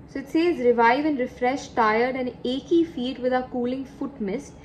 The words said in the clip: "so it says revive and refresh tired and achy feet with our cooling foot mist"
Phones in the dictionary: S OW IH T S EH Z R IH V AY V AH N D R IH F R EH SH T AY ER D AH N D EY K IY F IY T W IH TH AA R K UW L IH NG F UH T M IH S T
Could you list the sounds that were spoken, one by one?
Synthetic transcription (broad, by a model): S OW IH T S EH Z R IH V AY V AH N D R IH F R EH SH T AY ER D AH N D EY K IY F IY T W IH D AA K UW L IH NG F UH T M IH S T